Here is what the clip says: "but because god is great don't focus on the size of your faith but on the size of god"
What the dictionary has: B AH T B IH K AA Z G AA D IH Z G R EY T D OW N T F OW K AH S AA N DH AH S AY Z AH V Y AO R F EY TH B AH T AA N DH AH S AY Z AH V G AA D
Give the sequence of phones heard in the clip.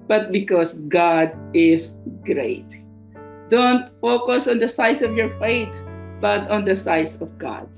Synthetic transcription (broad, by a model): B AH T B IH K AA S G AA D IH S G R EY T D OW N T F OW K AH S AA N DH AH S AY S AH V Y AO R F EY T B AH T AA N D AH S AY S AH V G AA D